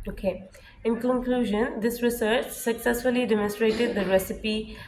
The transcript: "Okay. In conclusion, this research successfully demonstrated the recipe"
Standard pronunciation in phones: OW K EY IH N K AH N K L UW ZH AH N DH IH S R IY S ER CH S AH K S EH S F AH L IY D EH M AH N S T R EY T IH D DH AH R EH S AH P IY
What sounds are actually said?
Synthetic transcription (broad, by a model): OW K EY IH N K AH N K L UW ZH AH N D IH S R IY S ER CH S AH K S EH S F AH L IY D EH M AH N S T R EY T IH D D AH R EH S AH P IY